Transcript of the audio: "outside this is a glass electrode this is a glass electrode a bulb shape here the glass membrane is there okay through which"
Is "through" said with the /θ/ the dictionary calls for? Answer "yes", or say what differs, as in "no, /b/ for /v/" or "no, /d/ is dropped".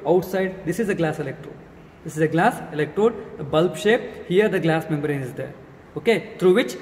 no, /t/ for /θ/